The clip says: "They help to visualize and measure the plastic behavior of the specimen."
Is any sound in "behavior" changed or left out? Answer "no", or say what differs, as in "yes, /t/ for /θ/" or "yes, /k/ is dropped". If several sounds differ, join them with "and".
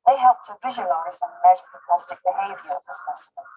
no